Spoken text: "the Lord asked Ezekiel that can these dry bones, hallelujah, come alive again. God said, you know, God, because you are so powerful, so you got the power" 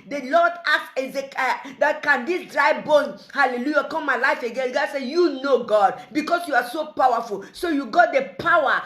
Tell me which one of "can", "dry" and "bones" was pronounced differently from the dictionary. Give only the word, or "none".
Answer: bones